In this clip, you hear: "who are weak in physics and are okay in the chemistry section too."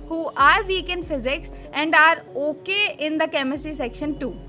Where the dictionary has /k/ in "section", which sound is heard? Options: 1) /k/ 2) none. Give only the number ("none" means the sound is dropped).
1